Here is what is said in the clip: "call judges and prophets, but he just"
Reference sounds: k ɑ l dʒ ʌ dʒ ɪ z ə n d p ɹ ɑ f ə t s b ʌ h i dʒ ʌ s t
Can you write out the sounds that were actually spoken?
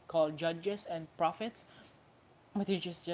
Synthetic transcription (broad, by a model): k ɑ l dʒ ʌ dʒ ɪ s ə n p ɹ ɑ f ə t s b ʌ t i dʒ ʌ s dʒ